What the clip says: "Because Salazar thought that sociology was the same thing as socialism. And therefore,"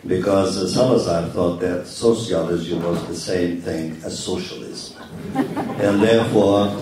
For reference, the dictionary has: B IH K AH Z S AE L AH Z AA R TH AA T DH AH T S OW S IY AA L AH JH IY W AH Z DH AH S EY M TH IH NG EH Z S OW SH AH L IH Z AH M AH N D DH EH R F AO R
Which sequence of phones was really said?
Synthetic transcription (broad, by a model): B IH K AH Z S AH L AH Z AA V TH AA T DH AH T S OW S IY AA L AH Z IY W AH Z DH AH S EY M TH IH NG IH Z S OW SH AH L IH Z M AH N DH EH R F AO R